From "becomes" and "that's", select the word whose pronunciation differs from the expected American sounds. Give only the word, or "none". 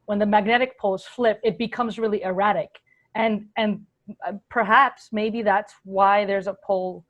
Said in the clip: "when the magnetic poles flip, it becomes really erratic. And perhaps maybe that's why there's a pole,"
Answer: none